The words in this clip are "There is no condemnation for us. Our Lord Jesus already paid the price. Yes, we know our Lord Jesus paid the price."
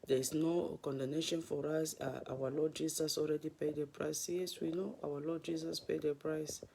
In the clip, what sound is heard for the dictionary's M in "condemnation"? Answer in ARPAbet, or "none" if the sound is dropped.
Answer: none